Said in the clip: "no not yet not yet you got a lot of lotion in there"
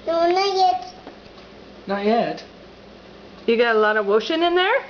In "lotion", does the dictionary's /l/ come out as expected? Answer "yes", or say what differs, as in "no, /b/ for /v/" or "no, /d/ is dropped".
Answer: no, /w/ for /l/